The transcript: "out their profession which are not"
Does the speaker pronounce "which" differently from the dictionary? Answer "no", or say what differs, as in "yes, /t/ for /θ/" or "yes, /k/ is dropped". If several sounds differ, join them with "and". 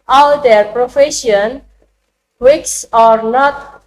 yes, /s/ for /tʃ/